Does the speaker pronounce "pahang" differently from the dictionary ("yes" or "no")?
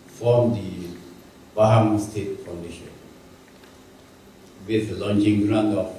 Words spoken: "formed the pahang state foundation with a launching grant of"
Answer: yes